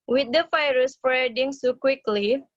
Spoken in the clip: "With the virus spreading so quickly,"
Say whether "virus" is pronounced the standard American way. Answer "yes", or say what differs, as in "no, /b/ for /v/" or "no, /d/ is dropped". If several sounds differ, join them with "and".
no, /f/ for /v/